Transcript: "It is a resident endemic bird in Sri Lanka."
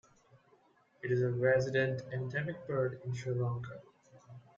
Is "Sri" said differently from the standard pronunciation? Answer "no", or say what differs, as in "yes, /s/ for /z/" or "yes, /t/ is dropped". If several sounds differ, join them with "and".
yes, /ɹ/ is dropped